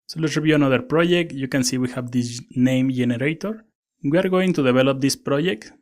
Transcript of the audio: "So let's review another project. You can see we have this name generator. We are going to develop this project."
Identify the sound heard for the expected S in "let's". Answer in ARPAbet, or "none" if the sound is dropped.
none